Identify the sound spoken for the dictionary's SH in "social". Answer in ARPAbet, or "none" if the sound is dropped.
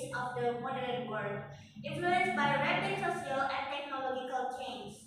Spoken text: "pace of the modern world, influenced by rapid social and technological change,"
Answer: S